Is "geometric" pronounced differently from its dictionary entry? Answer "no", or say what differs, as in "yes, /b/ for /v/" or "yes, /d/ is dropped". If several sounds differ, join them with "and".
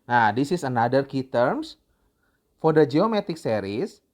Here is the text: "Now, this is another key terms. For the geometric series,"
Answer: yes, /ɹ/ is dropped